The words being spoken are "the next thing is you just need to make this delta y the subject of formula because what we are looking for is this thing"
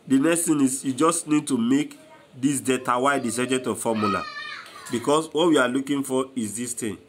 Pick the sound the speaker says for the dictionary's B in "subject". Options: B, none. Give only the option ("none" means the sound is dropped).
none